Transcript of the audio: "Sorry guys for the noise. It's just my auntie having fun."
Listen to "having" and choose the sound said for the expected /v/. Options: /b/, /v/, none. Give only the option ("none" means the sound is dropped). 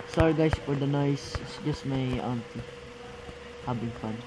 /b/